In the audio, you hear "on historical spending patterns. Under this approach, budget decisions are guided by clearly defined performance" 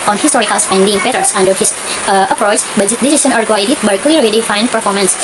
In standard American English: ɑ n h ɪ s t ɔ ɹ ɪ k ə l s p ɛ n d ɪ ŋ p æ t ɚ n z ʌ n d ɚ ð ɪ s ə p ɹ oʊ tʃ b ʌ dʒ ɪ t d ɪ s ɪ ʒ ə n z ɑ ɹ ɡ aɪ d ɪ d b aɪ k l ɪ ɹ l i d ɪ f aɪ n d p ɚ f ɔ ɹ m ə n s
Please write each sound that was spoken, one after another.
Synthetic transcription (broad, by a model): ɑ n h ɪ s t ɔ ɹ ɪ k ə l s ɛ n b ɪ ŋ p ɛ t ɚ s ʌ n d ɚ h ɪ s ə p ɹ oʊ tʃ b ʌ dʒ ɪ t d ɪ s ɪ s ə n ɑ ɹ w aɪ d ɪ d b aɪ k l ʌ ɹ i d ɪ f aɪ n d p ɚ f ɔ ɹ m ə n s